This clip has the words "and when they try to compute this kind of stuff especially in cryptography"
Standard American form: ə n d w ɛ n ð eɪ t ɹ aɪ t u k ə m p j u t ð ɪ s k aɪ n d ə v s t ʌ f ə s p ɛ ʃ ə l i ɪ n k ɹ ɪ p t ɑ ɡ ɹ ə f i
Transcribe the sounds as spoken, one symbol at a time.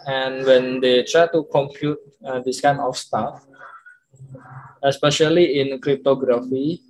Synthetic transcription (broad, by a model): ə n w ɛ n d eɪ t ɹ aɪ t u k ə m p j u t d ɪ s k aɪ n ə f s t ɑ f ə s p ɛ ʃ ə l i ɪ n k ɹ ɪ p t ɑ ɡ ɹ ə f i